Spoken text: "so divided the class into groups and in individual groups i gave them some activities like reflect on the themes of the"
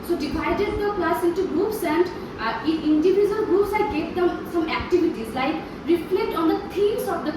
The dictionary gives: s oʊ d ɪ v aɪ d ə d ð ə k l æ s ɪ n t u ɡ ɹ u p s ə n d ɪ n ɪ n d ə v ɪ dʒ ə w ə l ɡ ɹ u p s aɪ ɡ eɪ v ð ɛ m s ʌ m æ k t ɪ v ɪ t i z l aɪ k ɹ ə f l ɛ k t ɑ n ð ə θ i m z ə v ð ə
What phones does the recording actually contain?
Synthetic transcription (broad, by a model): s oʊ d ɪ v aɪ d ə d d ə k l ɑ s ɪ n t u ɡ ɹ u p s ə n d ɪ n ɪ n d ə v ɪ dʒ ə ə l ɡ ɹ u p s aɪ ɡ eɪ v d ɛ m s ʌ m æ k t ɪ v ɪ t i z l aɪ k ɹ ə f l ɛ k t ɑ n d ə t i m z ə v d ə